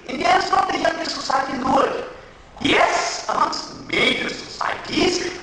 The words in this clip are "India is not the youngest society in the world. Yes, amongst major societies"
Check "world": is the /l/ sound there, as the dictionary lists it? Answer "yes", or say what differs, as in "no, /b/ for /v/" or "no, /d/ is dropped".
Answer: no, /l/ is dropped